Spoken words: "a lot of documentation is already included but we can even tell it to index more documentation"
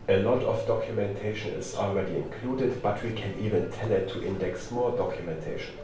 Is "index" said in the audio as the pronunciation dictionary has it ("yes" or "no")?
yes